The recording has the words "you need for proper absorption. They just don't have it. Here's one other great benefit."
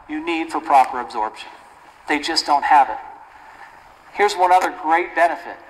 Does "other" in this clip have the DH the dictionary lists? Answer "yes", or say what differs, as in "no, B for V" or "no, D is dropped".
yes